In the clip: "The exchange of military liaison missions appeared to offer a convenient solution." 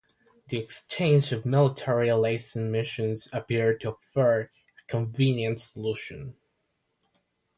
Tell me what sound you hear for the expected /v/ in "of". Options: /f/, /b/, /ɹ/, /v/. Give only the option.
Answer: /v/